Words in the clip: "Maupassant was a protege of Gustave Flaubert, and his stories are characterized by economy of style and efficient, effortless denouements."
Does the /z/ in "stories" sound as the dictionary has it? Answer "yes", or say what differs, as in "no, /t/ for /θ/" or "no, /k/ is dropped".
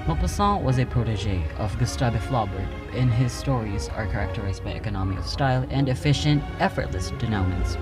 yes